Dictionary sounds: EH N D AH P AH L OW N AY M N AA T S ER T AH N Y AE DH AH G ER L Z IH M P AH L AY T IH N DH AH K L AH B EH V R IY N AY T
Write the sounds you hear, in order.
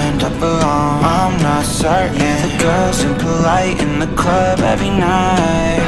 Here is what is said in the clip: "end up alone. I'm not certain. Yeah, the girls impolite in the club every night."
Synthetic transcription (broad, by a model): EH N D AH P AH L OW AY M N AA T S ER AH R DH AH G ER Z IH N P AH L AY T IH N DH AH K L AH B EH V R IY N AY T